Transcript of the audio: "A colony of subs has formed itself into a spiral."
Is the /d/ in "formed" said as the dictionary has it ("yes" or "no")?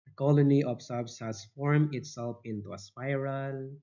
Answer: no